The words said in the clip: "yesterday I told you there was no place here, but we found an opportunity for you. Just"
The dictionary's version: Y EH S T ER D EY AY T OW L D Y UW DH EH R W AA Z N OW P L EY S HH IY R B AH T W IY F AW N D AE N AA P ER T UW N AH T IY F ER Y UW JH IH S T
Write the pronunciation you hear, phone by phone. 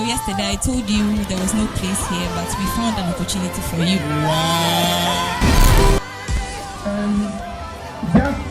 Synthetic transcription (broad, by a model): Y EH S T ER D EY AY T OW L D Y UW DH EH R W AA Z N OW P L EY S HH IY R B AH T W IY F AW N D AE N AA P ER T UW N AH T IY F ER Y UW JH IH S